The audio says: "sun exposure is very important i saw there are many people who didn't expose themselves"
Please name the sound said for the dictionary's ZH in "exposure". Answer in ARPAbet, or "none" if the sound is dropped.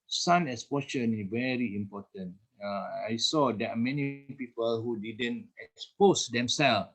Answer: SH